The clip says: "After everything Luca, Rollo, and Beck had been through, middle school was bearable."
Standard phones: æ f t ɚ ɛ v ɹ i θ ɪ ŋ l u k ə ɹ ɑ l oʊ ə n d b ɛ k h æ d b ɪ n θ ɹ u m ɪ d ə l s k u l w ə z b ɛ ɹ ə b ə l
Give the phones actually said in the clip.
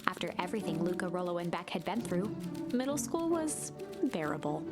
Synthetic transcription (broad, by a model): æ f t ɚ ɛ v ɹ i θ ɪ ŋ l u k ə ɹ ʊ l oʊ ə n b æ k h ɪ d b ɪ n θ ɹ u m ɪ d l s k u l w ə z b ɛ ɹ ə b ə l